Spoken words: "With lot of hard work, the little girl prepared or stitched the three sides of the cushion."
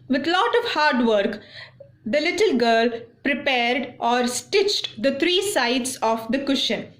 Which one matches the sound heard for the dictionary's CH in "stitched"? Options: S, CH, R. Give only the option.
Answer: CH